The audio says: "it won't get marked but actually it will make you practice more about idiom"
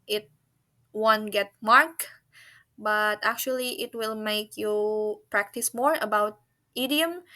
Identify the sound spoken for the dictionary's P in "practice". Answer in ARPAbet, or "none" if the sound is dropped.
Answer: P